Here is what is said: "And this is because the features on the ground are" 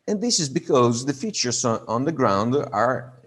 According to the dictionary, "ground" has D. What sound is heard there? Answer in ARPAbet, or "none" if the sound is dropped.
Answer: D